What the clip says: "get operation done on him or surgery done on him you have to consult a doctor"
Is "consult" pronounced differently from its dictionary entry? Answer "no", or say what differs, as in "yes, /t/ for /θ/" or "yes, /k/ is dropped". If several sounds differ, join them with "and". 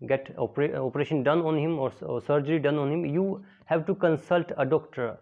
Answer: no